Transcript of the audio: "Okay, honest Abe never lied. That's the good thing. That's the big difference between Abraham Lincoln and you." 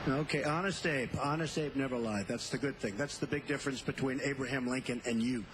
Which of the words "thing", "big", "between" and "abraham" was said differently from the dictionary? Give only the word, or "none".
none